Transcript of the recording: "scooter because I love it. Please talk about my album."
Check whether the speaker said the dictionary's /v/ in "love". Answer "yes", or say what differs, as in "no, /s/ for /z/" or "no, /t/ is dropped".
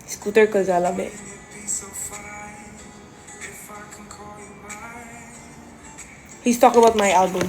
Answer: no, /b/ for /v/